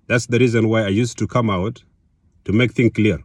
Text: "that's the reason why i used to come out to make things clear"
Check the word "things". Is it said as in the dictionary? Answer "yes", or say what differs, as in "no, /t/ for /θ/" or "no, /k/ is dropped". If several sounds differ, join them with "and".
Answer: no, /z/ is dropped